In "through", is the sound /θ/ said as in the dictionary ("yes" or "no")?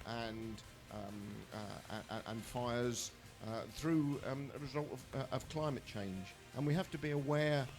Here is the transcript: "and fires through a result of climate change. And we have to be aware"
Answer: yes